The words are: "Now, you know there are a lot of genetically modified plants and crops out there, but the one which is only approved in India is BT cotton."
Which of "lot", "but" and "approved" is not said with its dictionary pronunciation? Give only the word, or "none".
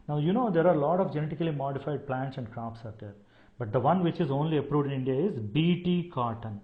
none